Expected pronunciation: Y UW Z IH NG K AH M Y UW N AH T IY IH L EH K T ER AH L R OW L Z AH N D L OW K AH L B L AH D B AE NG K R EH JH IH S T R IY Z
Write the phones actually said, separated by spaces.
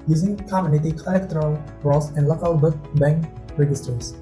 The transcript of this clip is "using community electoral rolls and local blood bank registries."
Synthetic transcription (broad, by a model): Y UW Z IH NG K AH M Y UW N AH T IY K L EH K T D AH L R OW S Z AH N D L OW K AH L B AH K B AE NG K R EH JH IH S T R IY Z